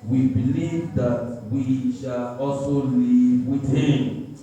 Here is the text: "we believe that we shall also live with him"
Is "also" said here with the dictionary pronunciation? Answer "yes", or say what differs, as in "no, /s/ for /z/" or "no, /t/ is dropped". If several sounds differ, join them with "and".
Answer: no, /l/ is dropped